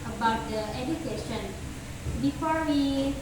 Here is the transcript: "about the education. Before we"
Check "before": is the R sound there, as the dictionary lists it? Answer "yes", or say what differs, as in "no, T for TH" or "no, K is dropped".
yes